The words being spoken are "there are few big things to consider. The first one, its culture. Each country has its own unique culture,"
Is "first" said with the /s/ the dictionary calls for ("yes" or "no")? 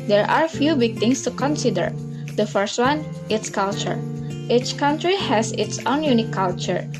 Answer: yes